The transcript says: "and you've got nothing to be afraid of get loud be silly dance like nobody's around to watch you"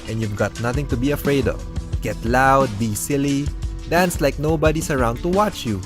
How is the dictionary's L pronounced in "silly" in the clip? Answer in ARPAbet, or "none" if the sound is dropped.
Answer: L